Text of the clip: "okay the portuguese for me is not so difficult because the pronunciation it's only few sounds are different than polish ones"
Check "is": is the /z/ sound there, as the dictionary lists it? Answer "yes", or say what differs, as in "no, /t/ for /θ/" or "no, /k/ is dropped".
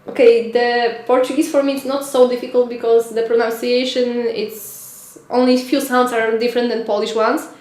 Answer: no, /s/ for /z/